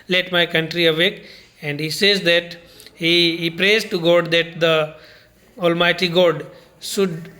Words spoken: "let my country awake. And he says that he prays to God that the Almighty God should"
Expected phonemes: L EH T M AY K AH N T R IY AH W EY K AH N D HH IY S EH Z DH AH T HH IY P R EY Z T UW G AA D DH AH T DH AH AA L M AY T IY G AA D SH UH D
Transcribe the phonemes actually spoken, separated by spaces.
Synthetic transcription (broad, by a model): L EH T M AY K AH N T R IY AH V EY K AH N D HH IY S EH Z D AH T HH IY P R EY Z T UW G AA D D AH T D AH AA L M AY T IY G AA D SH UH D